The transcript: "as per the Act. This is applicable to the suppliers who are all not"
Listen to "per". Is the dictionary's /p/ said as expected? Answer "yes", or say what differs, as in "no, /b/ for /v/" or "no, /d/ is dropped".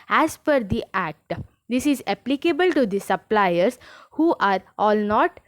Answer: no, /f/ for /p/